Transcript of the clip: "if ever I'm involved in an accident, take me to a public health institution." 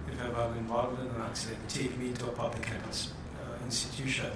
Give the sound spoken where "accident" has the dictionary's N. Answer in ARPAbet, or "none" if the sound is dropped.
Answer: none